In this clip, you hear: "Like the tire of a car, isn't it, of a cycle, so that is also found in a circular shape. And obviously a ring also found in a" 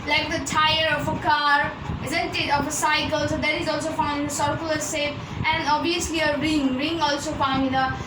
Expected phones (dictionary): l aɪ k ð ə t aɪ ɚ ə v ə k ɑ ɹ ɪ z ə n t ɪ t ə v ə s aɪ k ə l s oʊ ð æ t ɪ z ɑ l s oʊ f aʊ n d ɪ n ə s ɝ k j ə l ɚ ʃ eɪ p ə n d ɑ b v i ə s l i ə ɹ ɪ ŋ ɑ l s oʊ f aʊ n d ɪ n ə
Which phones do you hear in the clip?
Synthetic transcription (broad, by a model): l aɪ k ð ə t aɪ ɚ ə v ə k ɑ ɹ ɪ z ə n t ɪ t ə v ə s aɪ k ə l s oʊ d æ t ɪ z ɑ l s oʊ f aʊ n d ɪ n ə s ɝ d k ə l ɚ s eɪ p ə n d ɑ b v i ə s l i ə ɹ ɪ ŋ ɑ l s oʊ f aʊ n d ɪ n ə